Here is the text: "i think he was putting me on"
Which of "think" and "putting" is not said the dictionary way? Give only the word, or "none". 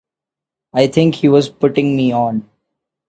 think